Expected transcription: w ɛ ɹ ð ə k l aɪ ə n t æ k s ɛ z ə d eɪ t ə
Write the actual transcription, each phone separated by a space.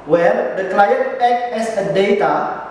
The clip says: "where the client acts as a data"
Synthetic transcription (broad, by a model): w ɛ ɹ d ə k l aɪ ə t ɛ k ɛ s ə d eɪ t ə